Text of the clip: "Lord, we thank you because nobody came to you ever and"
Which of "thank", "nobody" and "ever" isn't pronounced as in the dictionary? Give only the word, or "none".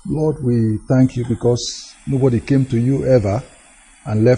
none